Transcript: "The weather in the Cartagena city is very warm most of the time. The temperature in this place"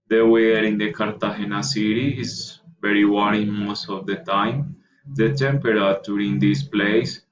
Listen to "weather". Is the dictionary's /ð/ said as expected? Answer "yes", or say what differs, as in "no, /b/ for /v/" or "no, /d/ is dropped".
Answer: no, /ð/ is dropped